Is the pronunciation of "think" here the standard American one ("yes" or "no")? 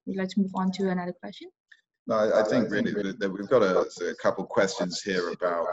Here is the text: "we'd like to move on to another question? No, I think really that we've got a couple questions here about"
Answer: yes